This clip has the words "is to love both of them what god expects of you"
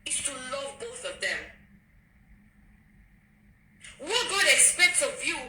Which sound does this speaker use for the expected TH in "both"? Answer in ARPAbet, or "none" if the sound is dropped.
TH